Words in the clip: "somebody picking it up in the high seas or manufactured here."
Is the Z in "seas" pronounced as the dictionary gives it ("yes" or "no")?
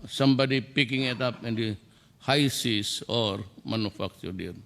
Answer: no